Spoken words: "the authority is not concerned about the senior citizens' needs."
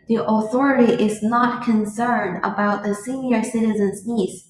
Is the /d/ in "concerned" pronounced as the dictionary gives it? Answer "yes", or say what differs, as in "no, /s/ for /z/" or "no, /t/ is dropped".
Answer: yes